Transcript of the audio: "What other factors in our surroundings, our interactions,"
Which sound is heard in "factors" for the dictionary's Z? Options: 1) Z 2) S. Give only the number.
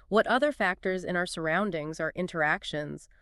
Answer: 1